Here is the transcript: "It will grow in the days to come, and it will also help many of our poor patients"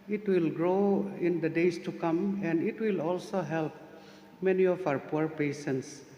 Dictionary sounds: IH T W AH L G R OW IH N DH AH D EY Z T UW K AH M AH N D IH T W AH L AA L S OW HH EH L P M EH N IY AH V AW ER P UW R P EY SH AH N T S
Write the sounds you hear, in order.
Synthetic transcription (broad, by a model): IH T W AH L G R OW IH N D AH D EY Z T UW K AH M AH N D IH T W AH L AA L S OW HH EH L P M EH N IY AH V AW ER P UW R P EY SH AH N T S